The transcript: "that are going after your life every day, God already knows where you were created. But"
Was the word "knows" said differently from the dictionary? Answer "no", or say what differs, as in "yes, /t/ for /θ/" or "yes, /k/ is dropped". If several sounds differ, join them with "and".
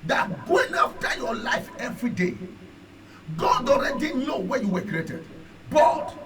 yes, /z/ is dropped